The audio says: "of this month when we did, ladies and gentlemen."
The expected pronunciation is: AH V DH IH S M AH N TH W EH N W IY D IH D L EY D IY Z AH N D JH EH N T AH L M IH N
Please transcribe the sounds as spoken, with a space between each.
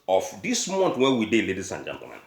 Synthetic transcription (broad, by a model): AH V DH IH S M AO N T W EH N W IY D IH L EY D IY S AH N JH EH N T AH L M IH N